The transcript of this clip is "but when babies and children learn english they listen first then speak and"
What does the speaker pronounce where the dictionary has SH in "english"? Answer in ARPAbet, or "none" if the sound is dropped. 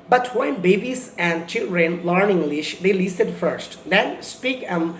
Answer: SH